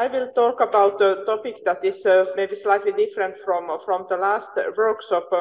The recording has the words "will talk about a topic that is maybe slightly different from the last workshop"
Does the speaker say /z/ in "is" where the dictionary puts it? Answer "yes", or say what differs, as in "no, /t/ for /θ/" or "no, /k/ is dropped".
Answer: no, /s/ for /z/